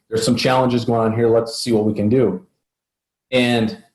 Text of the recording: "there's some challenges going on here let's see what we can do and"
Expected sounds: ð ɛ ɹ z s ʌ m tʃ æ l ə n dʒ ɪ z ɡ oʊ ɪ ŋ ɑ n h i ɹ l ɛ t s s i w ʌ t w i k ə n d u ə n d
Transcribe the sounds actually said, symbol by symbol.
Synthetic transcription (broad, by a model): ð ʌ ɹ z s ʌ m tʃ æ l ə n dʒ ɪ z ɡ oʊ ɪ ŋ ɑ n h i ɹ l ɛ t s s i w ʌ t w i k ə n d u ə n